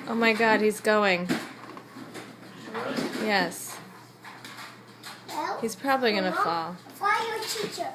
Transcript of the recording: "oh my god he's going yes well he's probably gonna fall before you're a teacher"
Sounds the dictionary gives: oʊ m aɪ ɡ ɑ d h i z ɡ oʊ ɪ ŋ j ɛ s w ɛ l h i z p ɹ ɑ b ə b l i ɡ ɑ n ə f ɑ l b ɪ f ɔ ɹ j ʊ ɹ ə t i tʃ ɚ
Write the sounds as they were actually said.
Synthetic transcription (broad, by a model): oʊ m aɪ ɡ ɑ d h i z ɡ oʊ ɪ ŋ j ɛ s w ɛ h i z p ɹ ɑ b ə b l i ɡ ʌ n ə f ɑ l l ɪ ɪ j ə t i tʃ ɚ